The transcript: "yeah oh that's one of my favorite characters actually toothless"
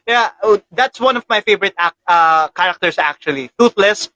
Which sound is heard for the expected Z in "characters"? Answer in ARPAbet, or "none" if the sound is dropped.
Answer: S